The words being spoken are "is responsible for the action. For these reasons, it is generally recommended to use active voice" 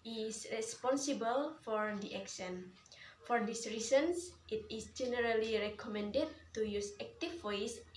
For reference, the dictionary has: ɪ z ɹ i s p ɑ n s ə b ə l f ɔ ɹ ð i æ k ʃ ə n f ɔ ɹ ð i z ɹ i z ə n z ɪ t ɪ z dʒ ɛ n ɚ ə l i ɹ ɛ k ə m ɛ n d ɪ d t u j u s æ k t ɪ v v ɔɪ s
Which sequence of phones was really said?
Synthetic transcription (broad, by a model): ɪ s ɹ i s p ɑ n s ə b ə l f ɔ ɹ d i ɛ k s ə n f ɔ ɹ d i s ɹ i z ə n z ɪ t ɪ s dʒ ɛ n ɚ ə l i ɹ ɛ k ə m ɛ n d ɪ d t u j u s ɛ k t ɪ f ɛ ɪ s